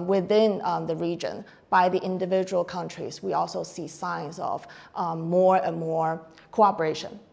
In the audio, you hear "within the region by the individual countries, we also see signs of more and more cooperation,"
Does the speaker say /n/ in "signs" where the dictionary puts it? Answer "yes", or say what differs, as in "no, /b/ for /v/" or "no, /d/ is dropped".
yes